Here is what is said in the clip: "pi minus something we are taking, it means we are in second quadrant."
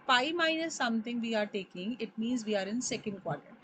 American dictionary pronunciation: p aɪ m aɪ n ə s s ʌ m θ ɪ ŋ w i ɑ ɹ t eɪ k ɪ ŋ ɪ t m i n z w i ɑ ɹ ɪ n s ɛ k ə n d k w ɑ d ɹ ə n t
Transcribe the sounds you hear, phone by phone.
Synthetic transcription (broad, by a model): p aɪ m aɪ n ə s s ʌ m t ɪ ŋ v i ɑ ɹ t eɪ k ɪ ŋ ɪ t m i n z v i ɑ ɹ ɪ n s ɛ k ə n d k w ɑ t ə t